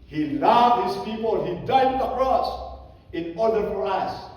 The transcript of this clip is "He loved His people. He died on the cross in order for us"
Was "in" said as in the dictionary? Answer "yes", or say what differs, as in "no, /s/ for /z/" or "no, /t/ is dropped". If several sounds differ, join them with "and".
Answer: yes